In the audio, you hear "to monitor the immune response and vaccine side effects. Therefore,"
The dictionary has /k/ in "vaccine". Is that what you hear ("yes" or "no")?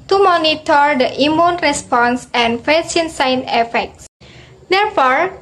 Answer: no